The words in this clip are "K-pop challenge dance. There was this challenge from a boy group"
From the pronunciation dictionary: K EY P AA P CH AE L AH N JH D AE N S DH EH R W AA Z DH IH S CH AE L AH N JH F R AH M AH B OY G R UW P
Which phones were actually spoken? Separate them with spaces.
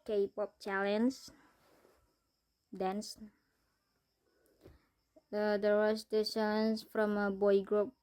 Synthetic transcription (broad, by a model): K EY P AA P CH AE L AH N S D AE N S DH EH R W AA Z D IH CH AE L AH N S F R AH M AH B OY G R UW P